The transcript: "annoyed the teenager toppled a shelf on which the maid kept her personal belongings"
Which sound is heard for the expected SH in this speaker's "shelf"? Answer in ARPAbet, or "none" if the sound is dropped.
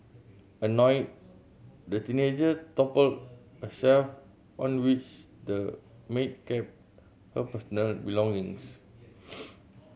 S